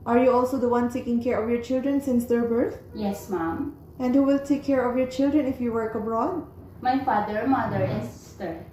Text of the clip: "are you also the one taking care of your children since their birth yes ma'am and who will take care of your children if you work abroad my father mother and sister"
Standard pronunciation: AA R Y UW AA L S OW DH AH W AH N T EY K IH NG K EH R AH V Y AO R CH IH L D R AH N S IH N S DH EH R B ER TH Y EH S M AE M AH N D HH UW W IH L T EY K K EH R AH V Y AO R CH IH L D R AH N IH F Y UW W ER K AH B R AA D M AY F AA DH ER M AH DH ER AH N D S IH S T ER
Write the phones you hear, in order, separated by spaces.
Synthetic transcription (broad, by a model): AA R Y UW AA L S OW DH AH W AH N T EY K IH NG K EH R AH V Y AO R CH IH L D R AH N S IH N S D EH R B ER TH Y EH S M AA M AH N D HH UW W IH L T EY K K EH R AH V Y AO R CH IH L D R AH N IH F Y UW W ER K AH B R AA D M AY F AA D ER M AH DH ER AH N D S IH S T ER